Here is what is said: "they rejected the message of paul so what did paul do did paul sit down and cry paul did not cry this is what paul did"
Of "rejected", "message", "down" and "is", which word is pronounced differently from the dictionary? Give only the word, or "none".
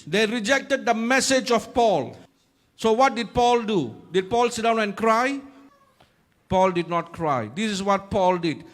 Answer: is